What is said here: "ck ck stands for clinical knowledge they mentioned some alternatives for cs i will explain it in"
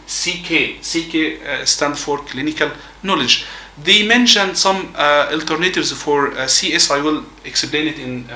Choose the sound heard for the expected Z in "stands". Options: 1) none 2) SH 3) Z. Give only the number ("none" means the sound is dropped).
1